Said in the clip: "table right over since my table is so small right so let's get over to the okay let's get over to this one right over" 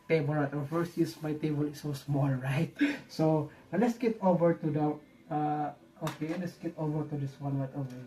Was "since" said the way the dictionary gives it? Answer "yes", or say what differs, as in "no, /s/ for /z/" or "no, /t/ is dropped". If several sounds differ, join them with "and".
no, /n/ is dropped